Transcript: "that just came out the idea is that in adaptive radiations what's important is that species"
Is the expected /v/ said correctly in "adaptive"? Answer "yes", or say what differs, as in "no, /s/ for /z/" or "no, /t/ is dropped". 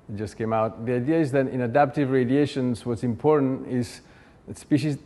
yes